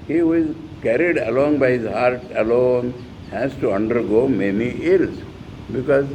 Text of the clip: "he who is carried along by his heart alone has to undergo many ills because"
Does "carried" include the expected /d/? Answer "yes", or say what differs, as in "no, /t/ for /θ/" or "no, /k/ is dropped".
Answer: yes